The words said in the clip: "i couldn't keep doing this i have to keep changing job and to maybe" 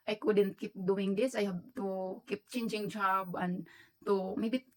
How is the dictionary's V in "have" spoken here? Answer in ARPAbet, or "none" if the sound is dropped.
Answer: B